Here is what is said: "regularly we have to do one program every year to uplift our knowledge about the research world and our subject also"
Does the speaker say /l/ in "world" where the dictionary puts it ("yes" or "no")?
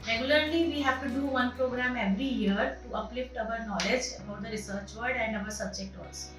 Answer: no